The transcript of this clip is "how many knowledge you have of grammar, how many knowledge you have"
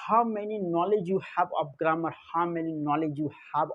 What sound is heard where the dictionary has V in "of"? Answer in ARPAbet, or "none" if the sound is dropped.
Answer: P